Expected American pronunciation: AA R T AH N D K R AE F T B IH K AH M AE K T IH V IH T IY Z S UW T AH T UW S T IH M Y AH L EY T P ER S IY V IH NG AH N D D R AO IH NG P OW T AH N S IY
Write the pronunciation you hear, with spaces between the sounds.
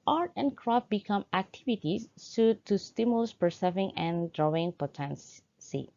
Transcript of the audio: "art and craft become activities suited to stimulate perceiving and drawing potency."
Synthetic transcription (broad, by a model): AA R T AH N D K R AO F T B IH K AH M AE K T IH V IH T IY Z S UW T T UW S T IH M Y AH L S P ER S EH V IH NG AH N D D R AO IH NG P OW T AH N S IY